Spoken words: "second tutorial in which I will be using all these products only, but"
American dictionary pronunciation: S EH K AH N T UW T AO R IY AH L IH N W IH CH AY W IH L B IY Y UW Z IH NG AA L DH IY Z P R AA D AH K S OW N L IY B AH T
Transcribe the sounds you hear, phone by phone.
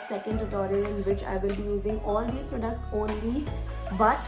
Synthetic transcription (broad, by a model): S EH K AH N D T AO R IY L IH N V IH CH AY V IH L B IY Y UW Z IH NG AA L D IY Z P R AA D AH K S OW N L IY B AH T